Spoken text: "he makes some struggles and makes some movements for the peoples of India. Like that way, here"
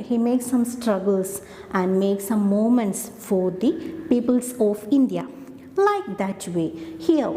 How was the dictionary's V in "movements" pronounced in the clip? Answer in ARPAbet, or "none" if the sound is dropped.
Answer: none